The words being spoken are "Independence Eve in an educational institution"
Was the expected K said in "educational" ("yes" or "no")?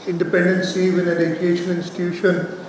no